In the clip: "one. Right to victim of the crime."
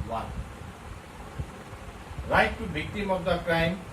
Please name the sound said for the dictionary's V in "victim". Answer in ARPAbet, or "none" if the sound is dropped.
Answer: B